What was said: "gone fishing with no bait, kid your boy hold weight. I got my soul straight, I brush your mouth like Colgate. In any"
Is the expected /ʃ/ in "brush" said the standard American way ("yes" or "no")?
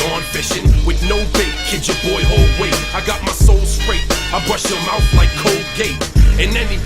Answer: yes